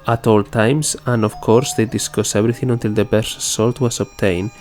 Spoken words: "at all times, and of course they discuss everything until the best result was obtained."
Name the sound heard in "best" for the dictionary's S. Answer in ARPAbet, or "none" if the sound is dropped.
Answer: none